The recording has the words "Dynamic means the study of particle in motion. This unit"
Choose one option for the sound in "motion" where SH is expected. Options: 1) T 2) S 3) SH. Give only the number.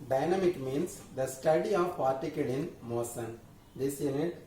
2